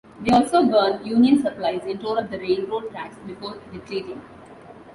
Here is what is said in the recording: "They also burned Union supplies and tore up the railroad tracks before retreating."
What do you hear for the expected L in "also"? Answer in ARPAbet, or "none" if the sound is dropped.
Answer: L